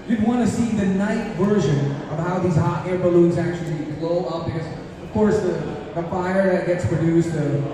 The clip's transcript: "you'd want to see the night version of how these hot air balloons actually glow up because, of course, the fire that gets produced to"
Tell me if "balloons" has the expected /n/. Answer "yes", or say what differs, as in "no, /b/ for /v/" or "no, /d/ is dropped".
yes